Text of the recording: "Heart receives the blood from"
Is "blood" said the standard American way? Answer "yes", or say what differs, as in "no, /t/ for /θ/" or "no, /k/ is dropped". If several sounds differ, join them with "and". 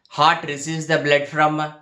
yes